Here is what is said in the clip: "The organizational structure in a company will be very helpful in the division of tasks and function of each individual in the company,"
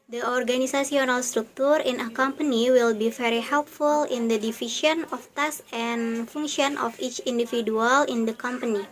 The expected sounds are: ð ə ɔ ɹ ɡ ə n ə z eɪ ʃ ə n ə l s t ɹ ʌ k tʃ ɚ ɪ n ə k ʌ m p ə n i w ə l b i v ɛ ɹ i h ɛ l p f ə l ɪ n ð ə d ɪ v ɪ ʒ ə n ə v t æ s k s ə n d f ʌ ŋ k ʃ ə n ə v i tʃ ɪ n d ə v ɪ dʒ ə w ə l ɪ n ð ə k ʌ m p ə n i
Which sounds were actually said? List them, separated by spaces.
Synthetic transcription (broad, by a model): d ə ɔ ɹ ɡ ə n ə s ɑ s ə n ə l s t ɹ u k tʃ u ɪ n ə k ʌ m p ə n i w ə l b i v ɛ ɹ i h ɛ l p f ə l ɪ n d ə d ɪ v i ʃ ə n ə f t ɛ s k s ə n f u ŋ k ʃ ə n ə f i tʃ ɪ n d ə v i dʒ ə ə l ɪ n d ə k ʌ m p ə n i